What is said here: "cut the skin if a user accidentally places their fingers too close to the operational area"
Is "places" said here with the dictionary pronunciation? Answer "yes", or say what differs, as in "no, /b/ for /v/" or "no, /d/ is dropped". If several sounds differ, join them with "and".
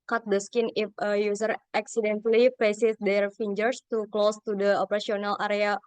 no, /l/ is dropped